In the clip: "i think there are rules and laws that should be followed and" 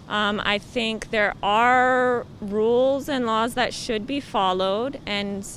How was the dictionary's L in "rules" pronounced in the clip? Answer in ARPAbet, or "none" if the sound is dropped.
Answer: L